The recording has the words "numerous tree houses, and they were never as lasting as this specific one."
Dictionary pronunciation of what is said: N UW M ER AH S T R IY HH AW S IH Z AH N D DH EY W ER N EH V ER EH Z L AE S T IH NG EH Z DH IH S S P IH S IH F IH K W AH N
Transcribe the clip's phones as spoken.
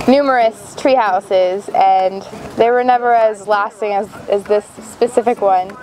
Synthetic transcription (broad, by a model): N UW M ER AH S T R IY HH AW S IH Z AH N DH EY W ER N EH V ER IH Z L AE S T IH NG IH Z DH IH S S P IH S IH F IH K W AH N